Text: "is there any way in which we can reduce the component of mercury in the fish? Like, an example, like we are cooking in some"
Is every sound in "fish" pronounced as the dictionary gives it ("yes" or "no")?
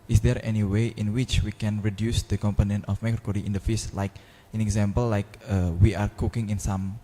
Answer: no